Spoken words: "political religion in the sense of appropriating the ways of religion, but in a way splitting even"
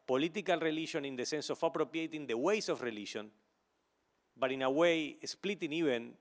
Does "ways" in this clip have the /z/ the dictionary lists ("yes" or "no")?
no